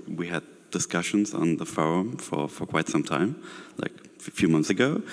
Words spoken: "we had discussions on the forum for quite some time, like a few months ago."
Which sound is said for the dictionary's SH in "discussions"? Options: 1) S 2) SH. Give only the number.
2